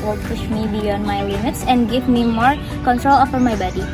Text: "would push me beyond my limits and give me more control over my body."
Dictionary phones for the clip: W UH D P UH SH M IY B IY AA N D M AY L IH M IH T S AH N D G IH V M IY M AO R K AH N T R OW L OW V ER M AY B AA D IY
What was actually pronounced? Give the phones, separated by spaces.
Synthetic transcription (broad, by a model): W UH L P UH SH M IY B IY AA N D M AY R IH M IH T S AH N D G IH V M IY M AO R K AH N T R OW L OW F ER M AY B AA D IY